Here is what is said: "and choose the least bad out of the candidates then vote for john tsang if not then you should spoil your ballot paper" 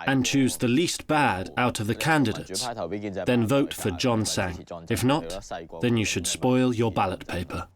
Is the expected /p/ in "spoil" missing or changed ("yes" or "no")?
no